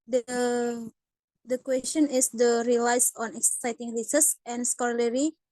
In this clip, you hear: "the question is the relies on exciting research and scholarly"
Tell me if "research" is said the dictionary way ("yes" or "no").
no